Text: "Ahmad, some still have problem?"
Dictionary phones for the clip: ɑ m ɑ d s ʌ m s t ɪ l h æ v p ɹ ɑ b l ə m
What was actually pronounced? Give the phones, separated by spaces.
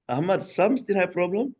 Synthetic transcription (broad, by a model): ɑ m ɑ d s ʌ m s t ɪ n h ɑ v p ɹ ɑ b l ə m